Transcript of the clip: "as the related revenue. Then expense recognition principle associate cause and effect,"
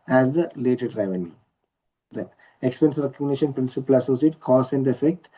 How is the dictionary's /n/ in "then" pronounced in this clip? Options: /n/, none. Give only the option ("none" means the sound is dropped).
none